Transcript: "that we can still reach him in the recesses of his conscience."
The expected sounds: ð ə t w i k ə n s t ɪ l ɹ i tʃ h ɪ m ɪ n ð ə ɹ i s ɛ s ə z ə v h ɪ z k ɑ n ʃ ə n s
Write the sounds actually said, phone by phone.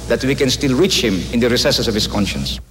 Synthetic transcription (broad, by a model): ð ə t w i k ə n s t ɪ l ɹ i tʃ h ɪ m ɪ n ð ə ɹ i s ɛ s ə s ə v h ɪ s k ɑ n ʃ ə n s